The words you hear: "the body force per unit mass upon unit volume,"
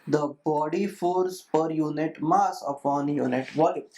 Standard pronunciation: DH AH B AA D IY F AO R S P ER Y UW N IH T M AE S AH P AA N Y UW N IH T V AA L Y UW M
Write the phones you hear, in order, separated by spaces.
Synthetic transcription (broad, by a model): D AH B AA D IY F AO R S P ER Y UW N IH T M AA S AH P AA N Y UW N IH T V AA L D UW